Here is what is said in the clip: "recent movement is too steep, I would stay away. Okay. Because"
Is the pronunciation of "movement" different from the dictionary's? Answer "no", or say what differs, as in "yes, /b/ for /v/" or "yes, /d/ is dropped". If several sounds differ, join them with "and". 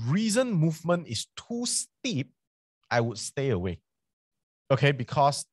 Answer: no